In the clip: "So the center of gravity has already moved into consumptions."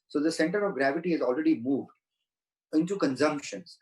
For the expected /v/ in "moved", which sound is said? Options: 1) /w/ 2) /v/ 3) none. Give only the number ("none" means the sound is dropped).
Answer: 2